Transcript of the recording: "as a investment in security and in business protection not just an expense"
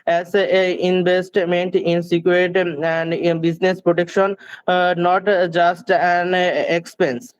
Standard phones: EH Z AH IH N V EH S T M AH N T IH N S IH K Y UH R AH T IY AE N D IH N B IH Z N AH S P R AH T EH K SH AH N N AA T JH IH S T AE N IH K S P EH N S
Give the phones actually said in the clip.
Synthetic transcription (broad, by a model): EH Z AH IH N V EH S T M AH N T IH N S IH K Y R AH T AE N D B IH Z N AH S P R AH T EH K SH AH N N AA T JH IH S T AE N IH K S P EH N S